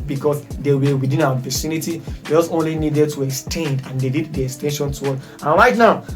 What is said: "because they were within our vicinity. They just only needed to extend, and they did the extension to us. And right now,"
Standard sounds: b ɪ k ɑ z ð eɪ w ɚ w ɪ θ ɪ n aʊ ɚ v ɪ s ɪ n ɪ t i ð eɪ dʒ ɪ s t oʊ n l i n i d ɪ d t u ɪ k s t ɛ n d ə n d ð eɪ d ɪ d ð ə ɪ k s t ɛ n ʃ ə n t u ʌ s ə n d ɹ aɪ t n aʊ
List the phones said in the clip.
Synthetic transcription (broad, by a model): b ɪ k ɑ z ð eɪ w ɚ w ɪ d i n aʊ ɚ p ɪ s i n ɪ t i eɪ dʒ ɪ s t oʊ n l i n i d ɪ d t u ɪ k s t ɛ n d ə n d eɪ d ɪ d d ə ɪ k s t ɛ n ʃ ə n t u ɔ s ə n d ɹ aɪ t n aʊ